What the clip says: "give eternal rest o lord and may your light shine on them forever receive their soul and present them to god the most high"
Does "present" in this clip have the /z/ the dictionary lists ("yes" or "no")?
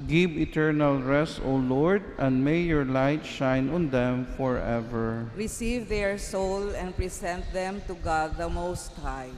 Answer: no